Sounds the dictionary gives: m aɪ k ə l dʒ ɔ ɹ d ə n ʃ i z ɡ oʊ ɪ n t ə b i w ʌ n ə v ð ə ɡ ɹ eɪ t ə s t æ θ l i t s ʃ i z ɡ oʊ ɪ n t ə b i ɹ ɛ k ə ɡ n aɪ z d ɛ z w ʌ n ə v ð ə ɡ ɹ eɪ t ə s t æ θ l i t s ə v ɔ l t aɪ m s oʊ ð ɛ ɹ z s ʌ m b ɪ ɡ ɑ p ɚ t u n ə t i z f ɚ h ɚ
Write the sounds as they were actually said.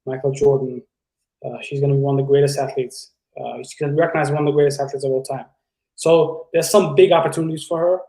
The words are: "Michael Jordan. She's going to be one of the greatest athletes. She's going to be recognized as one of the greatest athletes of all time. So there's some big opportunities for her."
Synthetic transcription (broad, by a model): m aɪ k l dʒ ɔ ɹ d n ʃ i z ɡ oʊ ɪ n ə b i w ʌ n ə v ð ə ɡ ɹ eɪ t ə s t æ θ l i t s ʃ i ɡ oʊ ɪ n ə b i ɹ ɛ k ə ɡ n aɪ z i w ʌ n ə v ð ə ɡ ɹ eɪ t ə s t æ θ l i t s ə v ɔ l t aɪ m s oʊ ð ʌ ɹ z s ʌ m b ɪ ɡ ɑ p ɚ t u n ə t i z f ɚ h ɚ